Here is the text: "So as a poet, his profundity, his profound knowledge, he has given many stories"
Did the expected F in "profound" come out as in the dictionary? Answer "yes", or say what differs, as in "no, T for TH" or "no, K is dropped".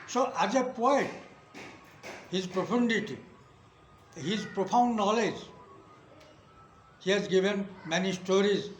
no, P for F